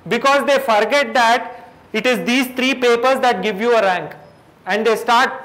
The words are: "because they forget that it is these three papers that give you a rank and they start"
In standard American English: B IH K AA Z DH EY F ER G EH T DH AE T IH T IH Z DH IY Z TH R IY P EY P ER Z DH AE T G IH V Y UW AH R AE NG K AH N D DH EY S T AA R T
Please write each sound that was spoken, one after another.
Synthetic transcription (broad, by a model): B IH K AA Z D EY F ER G EH T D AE T IH T IH Z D IY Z T R IY P EY P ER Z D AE T G IH V Y UW AH R AE NG K AH N D EY S T AA R T